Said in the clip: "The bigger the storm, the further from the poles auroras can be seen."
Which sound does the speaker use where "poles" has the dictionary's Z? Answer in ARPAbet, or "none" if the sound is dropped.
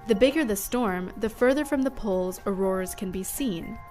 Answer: Z